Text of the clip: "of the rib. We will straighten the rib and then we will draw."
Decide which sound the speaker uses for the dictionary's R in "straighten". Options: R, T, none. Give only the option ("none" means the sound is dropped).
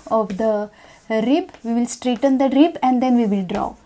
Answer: R